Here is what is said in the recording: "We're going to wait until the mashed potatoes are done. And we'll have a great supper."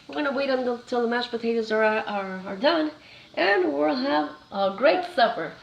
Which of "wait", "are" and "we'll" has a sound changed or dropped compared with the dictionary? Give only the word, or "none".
none